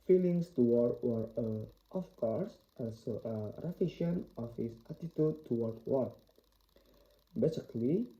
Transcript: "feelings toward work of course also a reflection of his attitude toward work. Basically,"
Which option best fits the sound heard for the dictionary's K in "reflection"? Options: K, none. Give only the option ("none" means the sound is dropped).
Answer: none